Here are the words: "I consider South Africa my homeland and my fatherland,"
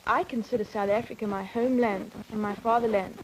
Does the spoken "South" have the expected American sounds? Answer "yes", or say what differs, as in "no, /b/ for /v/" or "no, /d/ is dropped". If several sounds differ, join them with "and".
yes